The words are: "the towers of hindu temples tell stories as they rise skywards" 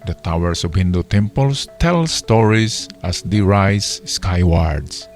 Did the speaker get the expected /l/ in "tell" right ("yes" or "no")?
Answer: yes